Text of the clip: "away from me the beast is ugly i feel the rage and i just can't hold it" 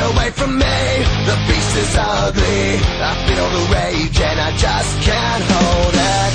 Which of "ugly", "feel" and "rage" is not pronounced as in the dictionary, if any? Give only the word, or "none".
feel